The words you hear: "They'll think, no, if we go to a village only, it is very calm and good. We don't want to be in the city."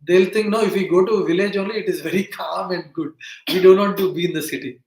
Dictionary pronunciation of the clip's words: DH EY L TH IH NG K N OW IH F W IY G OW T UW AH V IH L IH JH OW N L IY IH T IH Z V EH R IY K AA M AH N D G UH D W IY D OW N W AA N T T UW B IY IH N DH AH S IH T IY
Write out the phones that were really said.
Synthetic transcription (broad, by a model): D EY L T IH NG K N OW IH F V IY G OW T UW V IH L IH JH OW N L IY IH T IH Z V EH R IY K AA M AH N D G UH D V IY D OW N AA T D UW B IY IH N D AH S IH T IY